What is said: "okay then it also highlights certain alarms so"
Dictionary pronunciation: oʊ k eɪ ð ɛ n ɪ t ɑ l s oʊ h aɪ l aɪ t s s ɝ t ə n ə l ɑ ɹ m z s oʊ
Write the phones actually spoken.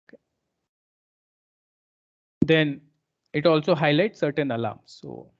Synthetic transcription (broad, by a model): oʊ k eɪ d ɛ n ɪ t ɑ l s oʊ h aɪ l aɪ t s s ɝ t ə n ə l ɑ m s s oʊ